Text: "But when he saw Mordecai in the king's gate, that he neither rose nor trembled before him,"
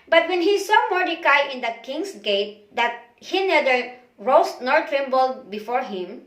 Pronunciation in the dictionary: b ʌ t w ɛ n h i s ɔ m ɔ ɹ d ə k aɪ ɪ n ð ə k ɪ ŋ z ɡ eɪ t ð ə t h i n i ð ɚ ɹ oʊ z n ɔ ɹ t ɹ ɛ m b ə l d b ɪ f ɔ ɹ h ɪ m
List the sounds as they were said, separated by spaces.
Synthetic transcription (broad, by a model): b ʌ t w ɛ n h i s ɔ m ɔ ɹ d ə k aɪ ɪ n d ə k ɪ ŋ s ɡ eɪ t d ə t h i n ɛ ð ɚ ɹ oʊ s n ɔ ɹ t ɹ ɛ m b ə l d b ɪ f ɔ ɹ h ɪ m